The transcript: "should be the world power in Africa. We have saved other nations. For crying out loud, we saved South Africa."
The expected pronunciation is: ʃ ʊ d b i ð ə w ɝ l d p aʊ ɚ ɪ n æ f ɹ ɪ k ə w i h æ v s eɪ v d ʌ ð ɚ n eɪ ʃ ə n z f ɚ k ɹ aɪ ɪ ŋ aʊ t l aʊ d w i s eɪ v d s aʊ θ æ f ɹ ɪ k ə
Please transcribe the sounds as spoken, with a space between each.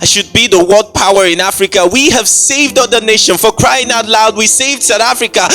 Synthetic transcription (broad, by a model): ʃ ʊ d b i ð ə w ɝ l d p aʊ ɚ ɪ n æ f ɹ ɪ k ə w i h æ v s eɪ v d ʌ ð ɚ n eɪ ʃ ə n f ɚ k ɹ aɪ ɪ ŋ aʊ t l aʊ d w i s eɪ v d s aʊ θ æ f ɹ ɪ k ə